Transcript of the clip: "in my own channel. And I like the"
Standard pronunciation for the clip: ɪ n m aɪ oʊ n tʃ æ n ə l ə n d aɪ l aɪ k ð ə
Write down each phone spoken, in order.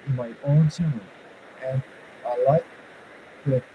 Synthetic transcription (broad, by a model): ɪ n m aɪ oʊ n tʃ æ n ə n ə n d aɪ l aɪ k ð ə